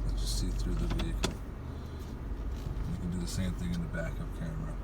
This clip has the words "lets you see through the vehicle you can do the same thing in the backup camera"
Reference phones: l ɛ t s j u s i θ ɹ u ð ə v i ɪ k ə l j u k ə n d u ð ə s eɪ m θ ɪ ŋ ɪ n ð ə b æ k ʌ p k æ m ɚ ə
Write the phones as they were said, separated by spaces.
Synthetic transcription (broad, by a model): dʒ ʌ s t s i θ ɹ u ð ə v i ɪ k l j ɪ k n d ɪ ð ə s eɪ m θ ɪ ŋ ɪ n ð ə b æ k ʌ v k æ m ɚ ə